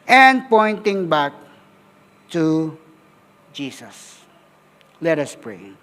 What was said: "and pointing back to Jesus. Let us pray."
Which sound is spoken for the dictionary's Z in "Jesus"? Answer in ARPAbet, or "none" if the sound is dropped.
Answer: S